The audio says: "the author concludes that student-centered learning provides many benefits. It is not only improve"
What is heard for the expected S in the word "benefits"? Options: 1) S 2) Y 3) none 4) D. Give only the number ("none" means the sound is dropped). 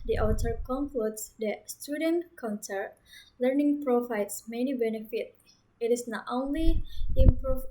3